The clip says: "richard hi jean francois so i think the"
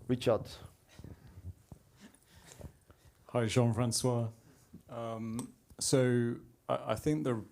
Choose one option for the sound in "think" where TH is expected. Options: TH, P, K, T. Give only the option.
TH